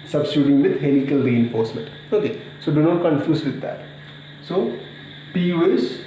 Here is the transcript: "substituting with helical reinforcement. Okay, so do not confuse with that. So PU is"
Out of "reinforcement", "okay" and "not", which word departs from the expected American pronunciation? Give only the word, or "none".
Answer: none